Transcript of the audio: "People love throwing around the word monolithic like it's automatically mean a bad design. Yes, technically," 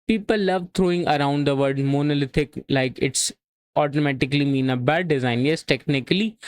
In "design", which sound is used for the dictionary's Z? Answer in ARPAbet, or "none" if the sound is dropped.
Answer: Z